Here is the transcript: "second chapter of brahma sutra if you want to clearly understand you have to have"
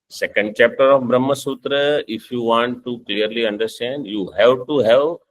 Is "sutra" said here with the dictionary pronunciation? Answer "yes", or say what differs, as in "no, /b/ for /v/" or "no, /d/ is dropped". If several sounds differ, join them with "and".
yes